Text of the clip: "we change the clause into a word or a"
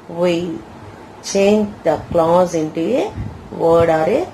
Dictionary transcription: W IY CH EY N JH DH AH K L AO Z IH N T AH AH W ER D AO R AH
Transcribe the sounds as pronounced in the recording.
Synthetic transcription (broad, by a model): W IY CH EY N JH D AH K L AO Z IH N T AH AH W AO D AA R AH